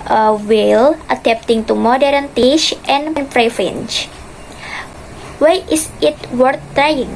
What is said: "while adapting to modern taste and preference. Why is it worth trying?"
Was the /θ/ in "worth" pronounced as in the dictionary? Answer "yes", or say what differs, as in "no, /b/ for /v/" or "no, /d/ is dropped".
no, /t/ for /θ/